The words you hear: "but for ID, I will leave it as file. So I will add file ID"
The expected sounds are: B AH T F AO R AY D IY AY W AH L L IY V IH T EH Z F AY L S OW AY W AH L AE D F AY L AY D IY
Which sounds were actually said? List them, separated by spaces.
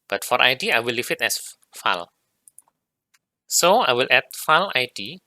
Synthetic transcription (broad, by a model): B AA T F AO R AY D IY AY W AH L L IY F IH T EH S F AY L S OW AY W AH L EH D F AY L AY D IY